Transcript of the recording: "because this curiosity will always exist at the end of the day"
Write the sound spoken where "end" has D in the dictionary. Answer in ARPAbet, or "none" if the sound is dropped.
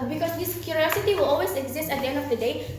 D